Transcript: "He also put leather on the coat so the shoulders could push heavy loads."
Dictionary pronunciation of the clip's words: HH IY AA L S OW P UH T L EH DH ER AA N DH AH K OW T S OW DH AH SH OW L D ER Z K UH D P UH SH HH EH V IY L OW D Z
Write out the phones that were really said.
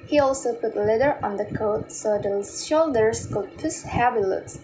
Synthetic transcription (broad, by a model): HH IY AA L S OW P UH T L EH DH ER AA N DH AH K OW T S OW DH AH SH OW L D ER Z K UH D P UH S HH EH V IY L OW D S